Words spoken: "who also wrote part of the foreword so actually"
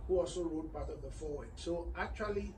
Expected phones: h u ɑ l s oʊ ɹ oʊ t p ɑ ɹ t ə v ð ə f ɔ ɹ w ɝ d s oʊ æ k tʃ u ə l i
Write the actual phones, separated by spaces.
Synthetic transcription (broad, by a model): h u ɑ l s oʊ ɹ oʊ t b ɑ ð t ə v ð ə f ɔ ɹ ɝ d s oʊ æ k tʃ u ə l i